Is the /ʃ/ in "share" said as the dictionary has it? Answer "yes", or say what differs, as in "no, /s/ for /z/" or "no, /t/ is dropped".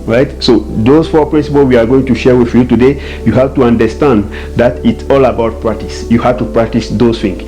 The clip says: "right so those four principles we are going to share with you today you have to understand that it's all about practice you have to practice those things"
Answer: yes